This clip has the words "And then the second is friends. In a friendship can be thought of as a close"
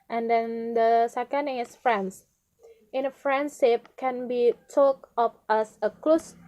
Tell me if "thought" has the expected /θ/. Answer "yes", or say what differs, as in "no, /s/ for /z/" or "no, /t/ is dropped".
no, /t/ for /θ/